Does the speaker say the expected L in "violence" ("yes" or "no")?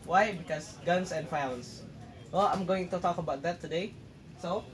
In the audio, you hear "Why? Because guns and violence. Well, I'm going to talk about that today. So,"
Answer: no